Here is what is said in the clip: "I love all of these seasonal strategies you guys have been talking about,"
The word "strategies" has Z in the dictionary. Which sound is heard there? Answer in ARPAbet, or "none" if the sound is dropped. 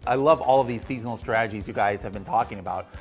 Z